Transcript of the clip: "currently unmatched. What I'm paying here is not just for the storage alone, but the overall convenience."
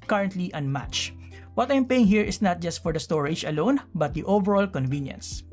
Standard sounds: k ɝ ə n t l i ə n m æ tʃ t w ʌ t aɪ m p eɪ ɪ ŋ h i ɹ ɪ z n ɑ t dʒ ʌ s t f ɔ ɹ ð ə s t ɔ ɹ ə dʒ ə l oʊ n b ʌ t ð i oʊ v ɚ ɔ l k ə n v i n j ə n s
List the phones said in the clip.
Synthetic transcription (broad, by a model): k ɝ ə n t l i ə n m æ tʃ w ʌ t aɪ m p eɪ ɪ ŋ h i ɹ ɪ s n ɑ t dʒ ʌ s t f ɔ ɹ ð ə s t ɔ ɹ ə dʒ ə l oʊ n b ʌ t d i oʊ v ɚ ɔ l k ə n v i n j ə n s